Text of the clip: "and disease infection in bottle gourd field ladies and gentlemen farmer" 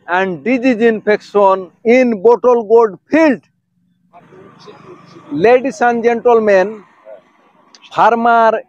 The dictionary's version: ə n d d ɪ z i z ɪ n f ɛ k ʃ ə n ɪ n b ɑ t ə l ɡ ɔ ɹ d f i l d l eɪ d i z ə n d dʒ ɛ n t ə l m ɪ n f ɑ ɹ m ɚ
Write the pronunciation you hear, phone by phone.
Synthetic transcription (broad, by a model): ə n d d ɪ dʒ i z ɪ n p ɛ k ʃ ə n ɪ n b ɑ t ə l ɡ ɔ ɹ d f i l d l eɪ d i s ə n dʒ ɛ n t ə l m ɪ n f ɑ ɹ m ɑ